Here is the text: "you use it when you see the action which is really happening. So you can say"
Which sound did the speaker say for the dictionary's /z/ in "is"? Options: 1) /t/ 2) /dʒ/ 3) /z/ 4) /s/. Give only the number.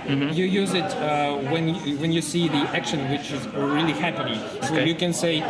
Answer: 3